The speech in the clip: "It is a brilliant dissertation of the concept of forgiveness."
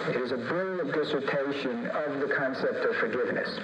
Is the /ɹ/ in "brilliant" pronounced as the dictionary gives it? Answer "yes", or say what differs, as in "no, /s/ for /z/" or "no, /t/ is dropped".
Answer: no, /ɹ/ is dropped